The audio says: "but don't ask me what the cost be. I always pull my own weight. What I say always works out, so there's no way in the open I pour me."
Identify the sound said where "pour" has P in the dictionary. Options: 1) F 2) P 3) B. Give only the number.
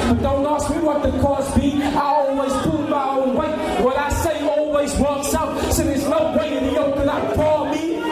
1